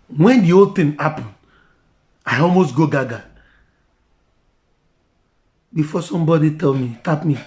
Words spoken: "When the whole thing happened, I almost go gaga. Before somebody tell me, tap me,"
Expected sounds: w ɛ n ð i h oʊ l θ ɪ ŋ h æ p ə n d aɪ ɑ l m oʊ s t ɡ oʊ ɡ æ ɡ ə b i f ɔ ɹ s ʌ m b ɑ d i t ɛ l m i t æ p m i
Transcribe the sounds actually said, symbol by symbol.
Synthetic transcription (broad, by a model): w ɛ n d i oʊ l t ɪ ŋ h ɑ p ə n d aɪ ɑ l m oʊ s t ɡ oʊ ɡ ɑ ɡ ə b i f ɔ s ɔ m b ɑ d i t ɛ l m i t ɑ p m i